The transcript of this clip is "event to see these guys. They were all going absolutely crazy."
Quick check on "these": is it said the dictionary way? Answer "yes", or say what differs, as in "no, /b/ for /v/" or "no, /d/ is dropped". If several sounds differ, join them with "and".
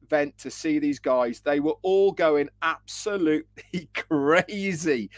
yes